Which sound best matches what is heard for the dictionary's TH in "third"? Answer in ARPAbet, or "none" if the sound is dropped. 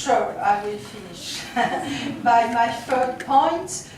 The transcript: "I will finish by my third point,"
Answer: F